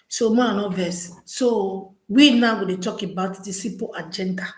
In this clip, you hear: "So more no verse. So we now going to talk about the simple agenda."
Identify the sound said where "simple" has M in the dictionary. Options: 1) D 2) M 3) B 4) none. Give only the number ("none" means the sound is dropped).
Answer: 4